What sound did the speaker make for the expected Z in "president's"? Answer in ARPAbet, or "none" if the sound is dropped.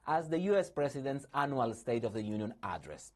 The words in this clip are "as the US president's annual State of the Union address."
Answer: S